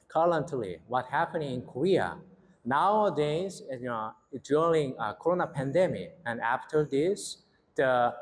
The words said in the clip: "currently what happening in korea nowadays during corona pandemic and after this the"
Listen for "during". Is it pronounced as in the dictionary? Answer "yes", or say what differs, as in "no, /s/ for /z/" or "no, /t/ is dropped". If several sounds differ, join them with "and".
no, /l/ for /ɹ/